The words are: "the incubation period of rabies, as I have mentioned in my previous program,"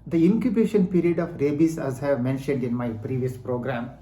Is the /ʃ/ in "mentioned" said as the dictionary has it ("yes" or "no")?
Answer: yes